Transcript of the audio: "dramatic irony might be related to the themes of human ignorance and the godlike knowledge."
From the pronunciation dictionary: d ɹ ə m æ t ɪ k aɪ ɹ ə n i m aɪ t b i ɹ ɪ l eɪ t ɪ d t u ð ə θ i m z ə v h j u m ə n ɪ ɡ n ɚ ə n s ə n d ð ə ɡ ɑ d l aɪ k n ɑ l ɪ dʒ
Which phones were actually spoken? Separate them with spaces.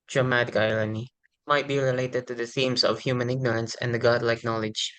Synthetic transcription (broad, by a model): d ɹ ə m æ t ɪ k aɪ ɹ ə n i m aɪ t b i ɹ ɪ l eɪ t ɪ d t u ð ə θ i m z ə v h j u m ə n ɪ ɡ n ɚ ə n s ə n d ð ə ɡ ɑ d l aɪ k n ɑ l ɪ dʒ